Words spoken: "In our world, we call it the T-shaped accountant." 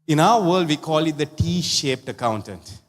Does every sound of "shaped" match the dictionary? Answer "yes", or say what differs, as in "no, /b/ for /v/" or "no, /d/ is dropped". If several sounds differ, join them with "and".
yes